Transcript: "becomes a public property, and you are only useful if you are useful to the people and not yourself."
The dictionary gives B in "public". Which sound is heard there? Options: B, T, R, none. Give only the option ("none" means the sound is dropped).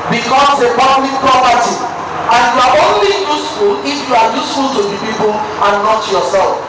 none